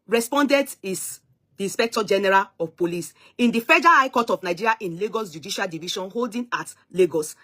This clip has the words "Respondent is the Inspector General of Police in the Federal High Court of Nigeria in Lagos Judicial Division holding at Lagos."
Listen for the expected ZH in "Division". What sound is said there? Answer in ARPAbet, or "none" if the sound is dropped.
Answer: SH